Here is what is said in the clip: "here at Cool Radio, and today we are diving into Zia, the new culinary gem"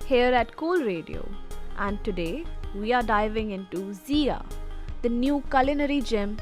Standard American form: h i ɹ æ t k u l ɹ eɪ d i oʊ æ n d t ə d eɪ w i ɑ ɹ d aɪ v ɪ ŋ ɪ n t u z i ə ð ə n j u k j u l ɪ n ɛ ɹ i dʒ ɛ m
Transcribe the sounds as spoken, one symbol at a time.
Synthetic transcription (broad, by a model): h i ɹ æ t k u l ɹ eɪ d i oʊ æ n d t ə d eɪ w i ɑ ɹ d aɪ v ɪ ŋ ɪ n t u z i ə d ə n j u k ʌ l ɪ n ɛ ɹ i dʒ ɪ m